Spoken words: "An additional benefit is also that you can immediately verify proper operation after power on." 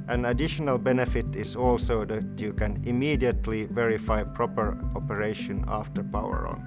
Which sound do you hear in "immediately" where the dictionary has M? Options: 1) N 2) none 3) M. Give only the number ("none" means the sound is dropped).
3